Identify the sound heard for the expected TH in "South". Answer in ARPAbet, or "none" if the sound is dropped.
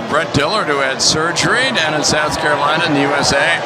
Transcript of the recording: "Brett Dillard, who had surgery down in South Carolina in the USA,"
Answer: TH